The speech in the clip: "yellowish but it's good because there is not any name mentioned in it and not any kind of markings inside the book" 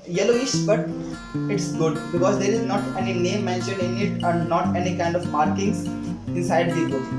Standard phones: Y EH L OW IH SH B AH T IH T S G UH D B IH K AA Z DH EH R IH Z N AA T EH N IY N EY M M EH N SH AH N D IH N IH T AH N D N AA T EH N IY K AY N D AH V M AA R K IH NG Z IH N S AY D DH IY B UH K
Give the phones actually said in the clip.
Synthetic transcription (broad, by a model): Y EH L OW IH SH B AH T IH T S G UH D B IH K AA Z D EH R IH Z N AA T EH N IY N EY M M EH N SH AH N IH N IH T AH N D N AA T EH N IY K AY N D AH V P AA R K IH NG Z IH N S AY D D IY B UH